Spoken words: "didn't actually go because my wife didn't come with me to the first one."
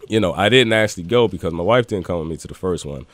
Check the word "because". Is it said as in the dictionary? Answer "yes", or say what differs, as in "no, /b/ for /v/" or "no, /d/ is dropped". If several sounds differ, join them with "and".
yes